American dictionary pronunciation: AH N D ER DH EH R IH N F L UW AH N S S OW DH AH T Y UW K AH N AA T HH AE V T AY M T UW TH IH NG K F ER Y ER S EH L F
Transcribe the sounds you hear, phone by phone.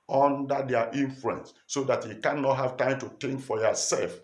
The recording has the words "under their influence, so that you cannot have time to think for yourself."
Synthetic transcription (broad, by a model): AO N D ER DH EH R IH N F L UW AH N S S OW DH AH T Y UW K AH N AA T HH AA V T AY M T UW T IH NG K F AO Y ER S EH L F